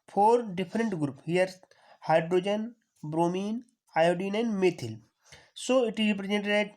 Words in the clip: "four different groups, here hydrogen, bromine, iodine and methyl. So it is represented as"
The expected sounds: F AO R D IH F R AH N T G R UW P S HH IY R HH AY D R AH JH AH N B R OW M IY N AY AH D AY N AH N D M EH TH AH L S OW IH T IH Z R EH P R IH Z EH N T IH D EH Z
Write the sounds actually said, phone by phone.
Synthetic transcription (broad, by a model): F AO R D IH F R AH N T G R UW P HH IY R HH AY D R AH JH AH N B R OW M IY N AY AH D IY N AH N M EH T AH L S OW IH T IH Z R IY P R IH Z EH N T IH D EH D